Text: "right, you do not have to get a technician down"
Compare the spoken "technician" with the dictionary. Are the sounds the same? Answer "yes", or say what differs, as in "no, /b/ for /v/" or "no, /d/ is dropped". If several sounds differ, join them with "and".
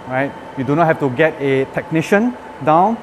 yes